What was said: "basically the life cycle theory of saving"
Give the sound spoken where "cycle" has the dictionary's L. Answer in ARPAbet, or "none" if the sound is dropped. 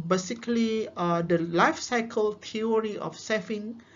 L